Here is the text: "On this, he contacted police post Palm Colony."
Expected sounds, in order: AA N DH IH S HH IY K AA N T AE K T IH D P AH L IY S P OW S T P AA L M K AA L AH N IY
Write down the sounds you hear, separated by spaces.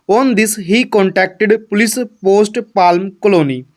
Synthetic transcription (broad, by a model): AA N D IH S HH IY K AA N T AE K T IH D P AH L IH S P OW S T P AA L M K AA L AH N IY